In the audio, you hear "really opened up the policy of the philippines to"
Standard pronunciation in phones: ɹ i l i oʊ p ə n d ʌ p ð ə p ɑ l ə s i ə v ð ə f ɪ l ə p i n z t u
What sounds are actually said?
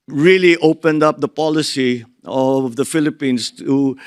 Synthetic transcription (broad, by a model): ɹ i l i oʊ p ə n d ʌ p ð ə p ɑ l ə s i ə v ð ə f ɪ l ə p i n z t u